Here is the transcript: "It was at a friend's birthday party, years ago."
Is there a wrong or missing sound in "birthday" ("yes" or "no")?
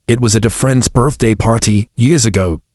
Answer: no